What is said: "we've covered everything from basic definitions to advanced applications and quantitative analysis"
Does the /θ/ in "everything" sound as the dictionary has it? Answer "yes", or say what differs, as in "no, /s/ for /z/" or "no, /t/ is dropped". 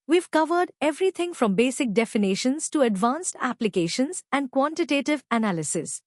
no, /t/ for /θ/